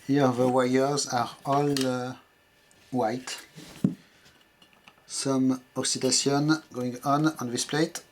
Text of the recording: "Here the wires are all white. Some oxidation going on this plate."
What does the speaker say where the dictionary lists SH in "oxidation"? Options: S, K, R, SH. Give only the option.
S